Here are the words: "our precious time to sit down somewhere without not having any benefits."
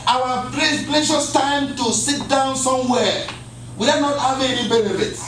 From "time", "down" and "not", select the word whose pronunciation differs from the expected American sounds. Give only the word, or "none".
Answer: none